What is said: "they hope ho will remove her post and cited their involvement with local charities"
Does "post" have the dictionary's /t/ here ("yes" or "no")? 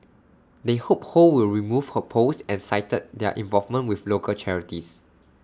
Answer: no